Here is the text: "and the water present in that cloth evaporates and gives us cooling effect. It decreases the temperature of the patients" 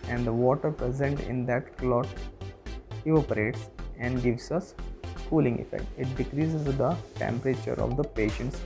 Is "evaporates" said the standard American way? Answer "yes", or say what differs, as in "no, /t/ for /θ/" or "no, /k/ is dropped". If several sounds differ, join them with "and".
no, /v/ is dropped